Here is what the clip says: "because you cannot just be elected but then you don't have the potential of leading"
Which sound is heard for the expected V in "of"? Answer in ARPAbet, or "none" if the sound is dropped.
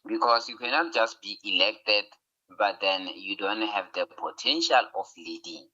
F